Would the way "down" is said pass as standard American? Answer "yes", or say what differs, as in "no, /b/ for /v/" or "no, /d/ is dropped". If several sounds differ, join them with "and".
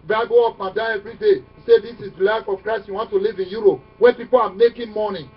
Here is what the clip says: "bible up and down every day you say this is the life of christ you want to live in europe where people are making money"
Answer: no, /n/ is dropped